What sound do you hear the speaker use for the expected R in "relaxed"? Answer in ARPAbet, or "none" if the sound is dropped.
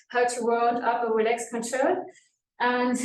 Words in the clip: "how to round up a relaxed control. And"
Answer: W